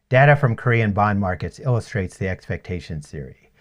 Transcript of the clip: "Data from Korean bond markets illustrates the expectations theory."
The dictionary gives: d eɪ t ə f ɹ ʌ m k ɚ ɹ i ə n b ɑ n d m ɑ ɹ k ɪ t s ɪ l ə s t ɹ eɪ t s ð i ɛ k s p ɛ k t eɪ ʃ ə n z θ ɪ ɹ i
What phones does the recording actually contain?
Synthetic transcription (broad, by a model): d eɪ t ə f ɹ ʌ m k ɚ ɹ i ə n b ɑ n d m ɑ ɹ k ɪ t s ɪ l ə s t ɹ eɪ t s ð i ɛ k s p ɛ k t eɪ ʃ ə n θ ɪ ɹ i